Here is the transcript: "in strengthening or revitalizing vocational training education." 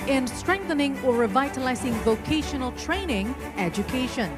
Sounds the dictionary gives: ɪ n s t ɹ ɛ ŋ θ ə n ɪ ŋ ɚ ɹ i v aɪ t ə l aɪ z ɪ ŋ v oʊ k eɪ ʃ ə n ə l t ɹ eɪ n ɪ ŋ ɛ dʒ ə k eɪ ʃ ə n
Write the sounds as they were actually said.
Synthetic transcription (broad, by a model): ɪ n s t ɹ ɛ ŋ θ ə n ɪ ŋ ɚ ɹ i v aɪ t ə l aɪ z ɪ ŋ v oʊ k eɪ ʃ ə n ə l t ɹ eɪ n ɪ ŋ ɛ dʒ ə k eɪ ʃ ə n